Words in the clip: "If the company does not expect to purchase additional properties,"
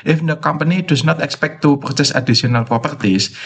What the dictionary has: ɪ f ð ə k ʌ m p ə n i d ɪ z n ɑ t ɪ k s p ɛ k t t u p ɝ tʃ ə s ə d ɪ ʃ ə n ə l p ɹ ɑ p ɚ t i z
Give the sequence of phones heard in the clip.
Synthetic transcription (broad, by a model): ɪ f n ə k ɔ m p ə n i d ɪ s n ɑ t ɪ k s p ɛ k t t u p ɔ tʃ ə s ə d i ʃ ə n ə l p ɹ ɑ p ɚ t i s